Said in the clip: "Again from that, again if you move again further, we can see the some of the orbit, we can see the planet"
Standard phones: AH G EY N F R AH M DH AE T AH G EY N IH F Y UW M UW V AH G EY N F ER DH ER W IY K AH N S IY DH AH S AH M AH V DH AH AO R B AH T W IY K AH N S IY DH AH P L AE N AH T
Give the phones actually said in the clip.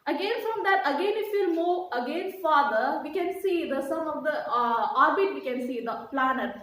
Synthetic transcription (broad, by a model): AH G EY N F R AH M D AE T AH G EY N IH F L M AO AH G EY N F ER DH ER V IY K AH N S IY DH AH S AH M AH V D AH AO R B AH T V IY K AH N S IY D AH P L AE N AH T